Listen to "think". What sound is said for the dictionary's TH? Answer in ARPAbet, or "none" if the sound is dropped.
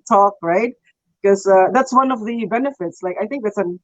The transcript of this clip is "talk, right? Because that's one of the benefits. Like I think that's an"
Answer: TH